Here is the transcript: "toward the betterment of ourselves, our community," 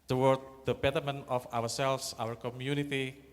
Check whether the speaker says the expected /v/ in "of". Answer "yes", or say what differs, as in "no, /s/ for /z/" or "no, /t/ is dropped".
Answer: no, /w/ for /v/